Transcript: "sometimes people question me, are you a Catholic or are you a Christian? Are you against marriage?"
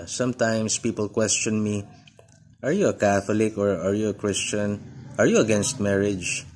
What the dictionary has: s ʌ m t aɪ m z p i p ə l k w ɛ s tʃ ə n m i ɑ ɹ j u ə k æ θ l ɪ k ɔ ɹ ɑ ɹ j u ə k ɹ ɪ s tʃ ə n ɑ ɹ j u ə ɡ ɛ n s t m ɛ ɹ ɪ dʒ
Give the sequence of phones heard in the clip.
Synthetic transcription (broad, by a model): s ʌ m t aɪ m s p i p ə l k w ɛ s tʃ ə n m i ɑ ɹ j u ə k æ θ l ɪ k ɔ ɹ ɑ ɹ j u ə k ɹ ɪ s tʃ ə n ɑ ɹ j u ə ɡ ɛ n s t m ɛ ɹ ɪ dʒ